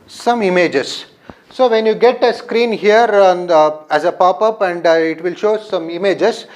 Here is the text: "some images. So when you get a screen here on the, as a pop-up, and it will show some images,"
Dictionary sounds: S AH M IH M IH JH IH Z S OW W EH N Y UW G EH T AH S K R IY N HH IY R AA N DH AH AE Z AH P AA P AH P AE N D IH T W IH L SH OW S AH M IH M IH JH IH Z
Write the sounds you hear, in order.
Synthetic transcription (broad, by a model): S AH M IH M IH JH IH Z S OW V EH N Y UW G EH T AH S K R IY N HH IY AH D AE Z AH P AA P AH P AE N D IH T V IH L SH OW S AH M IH M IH JH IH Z